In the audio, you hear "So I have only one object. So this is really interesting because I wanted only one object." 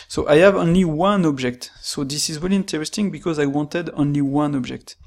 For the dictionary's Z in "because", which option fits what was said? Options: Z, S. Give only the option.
Z